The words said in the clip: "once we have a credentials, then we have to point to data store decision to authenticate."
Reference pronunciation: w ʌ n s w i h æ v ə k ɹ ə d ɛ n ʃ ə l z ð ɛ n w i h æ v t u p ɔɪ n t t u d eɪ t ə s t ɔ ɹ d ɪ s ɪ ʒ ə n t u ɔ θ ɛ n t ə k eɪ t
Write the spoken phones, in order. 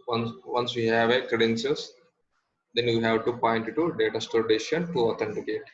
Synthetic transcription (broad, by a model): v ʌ n s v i h æ v ə k ɹ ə d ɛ n s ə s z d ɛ n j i h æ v t u p ɔɪ n t t u d eɪ t ə s t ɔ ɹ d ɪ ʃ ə n t u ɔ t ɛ n t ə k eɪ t